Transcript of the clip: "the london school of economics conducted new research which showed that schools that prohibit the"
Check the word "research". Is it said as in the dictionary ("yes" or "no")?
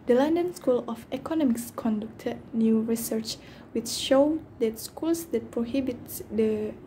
yes